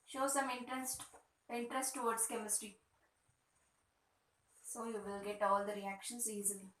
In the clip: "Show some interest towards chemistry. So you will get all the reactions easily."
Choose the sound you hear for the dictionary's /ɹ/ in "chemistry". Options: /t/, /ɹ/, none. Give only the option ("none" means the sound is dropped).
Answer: /ɹ/